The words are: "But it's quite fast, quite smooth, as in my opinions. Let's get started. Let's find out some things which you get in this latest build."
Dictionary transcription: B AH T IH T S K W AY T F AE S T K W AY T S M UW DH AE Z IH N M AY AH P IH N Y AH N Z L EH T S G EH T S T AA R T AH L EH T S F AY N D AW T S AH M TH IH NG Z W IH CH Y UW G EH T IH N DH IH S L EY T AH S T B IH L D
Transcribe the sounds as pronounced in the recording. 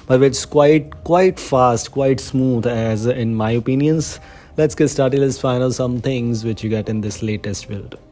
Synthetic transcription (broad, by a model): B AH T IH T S K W AY T F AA S T K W AY T S M UW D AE Z IH N M AY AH P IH N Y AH N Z L EH T S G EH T S T AA R T AH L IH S F AY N AH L S AH M T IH NG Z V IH CH Y UW G EH T IH N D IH S L EY T AH S T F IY L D